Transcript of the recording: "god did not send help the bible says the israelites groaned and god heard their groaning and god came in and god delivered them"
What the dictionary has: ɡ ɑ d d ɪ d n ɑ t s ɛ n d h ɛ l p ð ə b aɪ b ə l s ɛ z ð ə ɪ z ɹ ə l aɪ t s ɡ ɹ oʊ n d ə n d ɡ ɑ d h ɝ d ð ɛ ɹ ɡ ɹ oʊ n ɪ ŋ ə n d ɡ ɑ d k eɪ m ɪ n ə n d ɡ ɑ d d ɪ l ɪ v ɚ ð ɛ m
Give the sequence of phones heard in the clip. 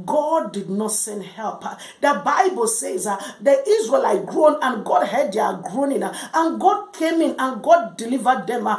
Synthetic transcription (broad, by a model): ɡ ɑ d d ɪ d n ɑ t s ɛ n d h ɛ l p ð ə b aɪ b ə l s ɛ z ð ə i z ɹ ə l aɪ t ɡ ɹ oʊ n ə n ɡ ɑ d h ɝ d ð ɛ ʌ ɡ ɹ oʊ n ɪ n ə n ɡ ɑ d k eɪ m ɪ n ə n ɡ ɑ d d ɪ l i v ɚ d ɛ m